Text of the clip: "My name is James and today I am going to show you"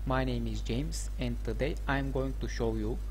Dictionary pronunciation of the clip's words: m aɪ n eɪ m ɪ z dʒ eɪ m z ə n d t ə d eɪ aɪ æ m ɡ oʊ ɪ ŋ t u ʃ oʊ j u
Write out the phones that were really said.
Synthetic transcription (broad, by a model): m aɪ n eɪ m ɪ z dʒ eɪ m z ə n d t ə d eɪ aɪ m ɡ oʊ ɪ ŋ t u ʃ oʊ j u